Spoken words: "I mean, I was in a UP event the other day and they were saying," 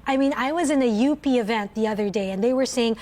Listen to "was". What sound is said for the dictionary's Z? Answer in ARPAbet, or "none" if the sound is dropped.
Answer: Z